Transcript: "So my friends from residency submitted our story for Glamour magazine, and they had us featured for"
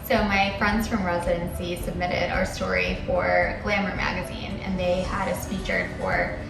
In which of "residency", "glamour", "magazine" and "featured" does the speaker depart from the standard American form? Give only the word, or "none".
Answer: featured